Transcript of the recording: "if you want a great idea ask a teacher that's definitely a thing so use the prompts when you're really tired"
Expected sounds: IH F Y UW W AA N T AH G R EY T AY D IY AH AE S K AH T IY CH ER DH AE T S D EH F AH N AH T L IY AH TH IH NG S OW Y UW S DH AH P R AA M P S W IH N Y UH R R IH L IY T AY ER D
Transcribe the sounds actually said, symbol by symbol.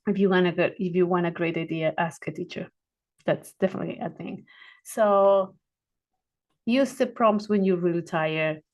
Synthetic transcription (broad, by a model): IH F Y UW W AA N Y AH G R EY T AY D IY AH AE S K AH T IY CH ER DH AE T S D EH F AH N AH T L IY AH TH IH NG S OW Y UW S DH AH P R AA M P S W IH N Y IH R R IH L IY T AY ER